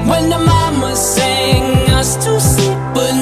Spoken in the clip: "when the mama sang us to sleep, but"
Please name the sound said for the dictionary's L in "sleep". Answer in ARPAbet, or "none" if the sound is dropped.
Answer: none